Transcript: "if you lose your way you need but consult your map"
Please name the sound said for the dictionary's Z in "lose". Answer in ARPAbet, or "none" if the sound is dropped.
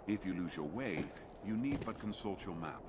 Z